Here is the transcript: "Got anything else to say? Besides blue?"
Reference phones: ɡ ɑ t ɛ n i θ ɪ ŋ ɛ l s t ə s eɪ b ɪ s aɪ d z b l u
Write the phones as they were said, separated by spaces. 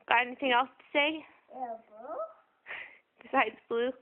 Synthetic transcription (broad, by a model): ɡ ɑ t ɛ n i θ ɪ ŋ ɛ l s t ə s eɪ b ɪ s aɪ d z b l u